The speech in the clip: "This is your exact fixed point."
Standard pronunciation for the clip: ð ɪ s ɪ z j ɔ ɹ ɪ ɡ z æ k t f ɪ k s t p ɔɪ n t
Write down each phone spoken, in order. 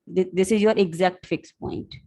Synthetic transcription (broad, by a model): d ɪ s ɪ z j ɔ ɹ ɪ ɡ z æ k t f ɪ k s p ɔɪ n t